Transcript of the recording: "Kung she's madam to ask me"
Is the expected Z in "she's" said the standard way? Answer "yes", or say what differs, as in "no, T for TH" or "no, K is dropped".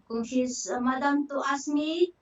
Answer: no, S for Z